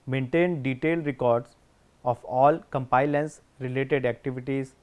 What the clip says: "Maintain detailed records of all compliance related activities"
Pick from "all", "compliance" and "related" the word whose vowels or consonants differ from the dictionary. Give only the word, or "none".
compliance